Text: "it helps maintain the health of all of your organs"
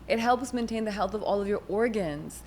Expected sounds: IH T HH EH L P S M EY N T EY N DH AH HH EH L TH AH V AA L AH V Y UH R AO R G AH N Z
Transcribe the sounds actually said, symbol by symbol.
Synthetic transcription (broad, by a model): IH T HH EH L P S M EY N T EY N DH AH HH EH L TH AH V AA L AH V Y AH R AO R G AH N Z